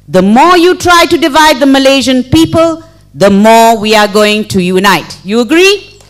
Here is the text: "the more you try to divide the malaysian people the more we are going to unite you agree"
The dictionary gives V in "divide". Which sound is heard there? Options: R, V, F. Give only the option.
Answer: V